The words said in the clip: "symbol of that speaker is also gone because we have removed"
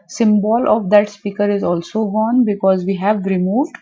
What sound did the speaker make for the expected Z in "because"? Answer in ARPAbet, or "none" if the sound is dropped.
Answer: Z